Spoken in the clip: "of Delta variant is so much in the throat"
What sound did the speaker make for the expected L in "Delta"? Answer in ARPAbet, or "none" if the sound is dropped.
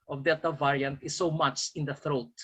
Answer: none